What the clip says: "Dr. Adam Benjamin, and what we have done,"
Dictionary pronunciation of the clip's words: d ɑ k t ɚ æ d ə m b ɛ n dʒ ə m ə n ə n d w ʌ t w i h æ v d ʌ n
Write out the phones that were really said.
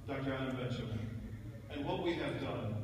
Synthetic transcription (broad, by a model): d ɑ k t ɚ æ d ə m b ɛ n tʃ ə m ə ə n w ʌ t w i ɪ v d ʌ n